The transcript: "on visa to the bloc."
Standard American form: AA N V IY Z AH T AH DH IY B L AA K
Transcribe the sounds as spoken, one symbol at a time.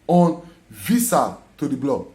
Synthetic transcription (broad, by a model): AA N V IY S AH T AH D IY B L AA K